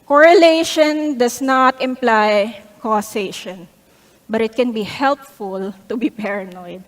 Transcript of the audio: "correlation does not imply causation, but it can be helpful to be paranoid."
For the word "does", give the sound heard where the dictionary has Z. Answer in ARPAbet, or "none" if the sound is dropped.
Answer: S